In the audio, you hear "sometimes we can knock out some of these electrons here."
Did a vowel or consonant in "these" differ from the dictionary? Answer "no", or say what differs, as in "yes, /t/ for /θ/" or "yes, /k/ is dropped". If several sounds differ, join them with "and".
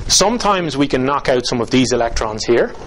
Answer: no